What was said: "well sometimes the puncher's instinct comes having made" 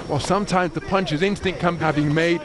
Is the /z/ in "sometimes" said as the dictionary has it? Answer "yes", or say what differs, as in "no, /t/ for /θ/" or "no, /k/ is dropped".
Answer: yes